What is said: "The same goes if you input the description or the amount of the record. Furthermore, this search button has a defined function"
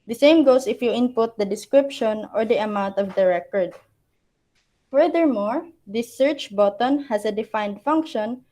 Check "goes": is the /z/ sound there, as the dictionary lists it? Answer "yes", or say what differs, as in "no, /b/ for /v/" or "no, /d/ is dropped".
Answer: no, /s/ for /z/